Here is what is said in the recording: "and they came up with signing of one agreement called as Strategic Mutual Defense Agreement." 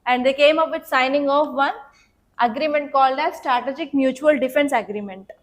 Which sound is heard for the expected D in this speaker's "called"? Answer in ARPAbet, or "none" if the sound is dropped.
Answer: D